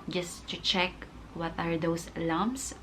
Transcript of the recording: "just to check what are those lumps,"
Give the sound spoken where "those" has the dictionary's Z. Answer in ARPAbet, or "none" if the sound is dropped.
S